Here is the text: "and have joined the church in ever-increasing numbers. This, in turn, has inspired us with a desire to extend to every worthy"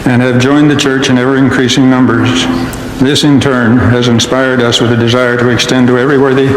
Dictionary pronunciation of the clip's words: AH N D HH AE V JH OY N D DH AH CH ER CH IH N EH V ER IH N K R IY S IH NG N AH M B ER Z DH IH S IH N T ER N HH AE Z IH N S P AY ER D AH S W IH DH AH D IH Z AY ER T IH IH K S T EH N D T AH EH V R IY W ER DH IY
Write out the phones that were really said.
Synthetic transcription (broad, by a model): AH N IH V JH OY N DH AH CH ER CH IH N EH V ER IH N K R IY S IH NG N AH M B ER Z DH IH S IH N T ER N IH Z IH N S P AY ER D AH S W IH DH AH D IH Z AY ER T IH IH K S T EH N T AH EH V R IY W ER DH IY